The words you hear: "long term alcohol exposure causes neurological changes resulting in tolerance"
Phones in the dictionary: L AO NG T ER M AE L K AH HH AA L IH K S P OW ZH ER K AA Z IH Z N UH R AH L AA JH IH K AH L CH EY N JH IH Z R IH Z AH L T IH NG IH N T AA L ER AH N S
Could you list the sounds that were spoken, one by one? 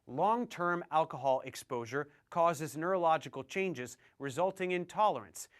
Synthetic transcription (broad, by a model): L AO NG T ER M AE L K AH HH AA L IH K S P OW ZH ER K AA Z IH Z N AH R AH L AA JH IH K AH L CH EY N JH IH Z R IH Z AH L T IH NG IH N T AA L ER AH N S